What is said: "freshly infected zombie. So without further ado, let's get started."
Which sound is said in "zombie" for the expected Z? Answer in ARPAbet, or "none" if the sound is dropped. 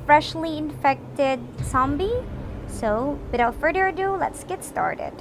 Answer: S